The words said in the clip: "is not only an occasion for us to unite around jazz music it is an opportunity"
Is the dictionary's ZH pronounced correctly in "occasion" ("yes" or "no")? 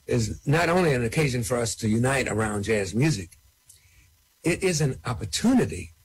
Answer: yes